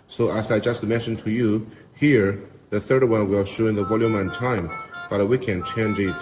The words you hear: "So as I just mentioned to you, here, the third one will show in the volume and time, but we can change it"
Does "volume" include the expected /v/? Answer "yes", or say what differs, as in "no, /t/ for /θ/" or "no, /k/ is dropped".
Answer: yes